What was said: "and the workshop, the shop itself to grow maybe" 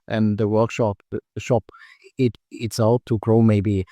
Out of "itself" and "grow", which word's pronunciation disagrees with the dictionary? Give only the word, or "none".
itself